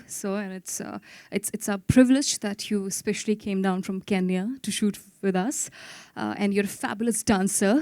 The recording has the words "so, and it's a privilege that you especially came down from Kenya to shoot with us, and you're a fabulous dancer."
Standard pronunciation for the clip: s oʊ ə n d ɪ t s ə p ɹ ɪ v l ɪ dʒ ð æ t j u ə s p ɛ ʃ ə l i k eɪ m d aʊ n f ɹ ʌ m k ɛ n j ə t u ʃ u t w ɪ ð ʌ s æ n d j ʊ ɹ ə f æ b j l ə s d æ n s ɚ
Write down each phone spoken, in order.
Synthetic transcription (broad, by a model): s oʊ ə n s ɪ t s ə p ɹ ɪ v l ɪ dʒ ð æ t j u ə s p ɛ ʃ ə l i k eɪ m d aʊ n f ɹ ʌ m k ɛ n j ə t u ʃ u t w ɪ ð ʌ s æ n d j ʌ ɹ ə f æ b j l ə s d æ n s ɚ